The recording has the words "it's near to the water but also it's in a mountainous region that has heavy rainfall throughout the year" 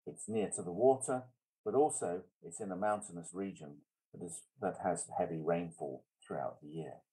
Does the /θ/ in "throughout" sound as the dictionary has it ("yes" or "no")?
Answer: yes